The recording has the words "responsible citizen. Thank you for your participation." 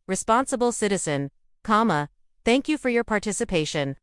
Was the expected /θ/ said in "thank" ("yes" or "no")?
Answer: yes